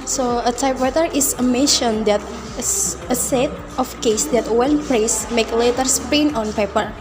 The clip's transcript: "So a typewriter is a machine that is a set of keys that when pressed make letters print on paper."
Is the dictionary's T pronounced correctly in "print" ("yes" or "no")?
no